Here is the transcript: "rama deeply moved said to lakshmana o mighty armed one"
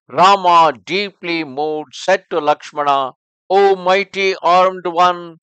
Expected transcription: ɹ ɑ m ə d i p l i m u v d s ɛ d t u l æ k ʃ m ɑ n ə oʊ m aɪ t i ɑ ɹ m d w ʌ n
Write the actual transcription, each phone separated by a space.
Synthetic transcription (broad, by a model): ɹ ɑ m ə d i p l i m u d s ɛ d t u l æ k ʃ m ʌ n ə oʊ m aɪ t i ɑ ɹ m d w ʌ n